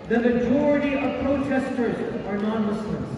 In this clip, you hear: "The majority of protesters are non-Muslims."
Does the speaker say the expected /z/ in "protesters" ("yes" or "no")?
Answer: yes